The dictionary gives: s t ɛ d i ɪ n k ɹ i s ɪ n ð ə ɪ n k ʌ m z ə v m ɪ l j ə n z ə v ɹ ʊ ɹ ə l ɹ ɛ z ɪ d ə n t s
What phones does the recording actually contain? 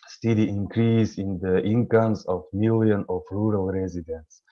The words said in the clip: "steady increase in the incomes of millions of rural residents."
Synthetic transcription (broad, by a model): s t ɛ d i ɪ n k ɹ i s ɪ n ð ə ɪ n k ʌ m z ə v m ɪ l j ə n ə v ɹ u ɹ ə l ɹ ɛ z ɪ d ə n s